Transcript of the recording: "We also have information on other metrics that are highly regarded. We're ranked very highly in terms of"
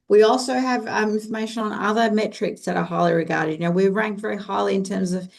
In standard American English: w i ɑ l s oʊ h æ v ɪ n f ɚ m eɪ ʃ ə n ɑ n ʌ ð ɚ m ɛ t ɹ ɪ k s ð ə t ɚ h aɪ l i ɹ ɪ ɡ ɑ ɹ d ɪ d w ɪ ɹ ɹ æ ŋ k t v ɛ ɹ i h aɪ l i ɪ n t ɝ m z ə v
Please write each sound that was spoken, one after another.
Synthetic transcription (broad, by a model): w i ɑ l s oʊ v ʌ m ɪ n f ɚ m eɪ ʃ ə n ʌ n ʌ ð ɚ m ɛ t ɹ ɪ k s ð ə t ɚ h aɪ l i ɹ ɪ ɡ ɑ ɹ d ɪ d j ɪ w ɹ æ ŋ k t v ɛ ɹ i h aɪ l i ɪ n t ɝ m z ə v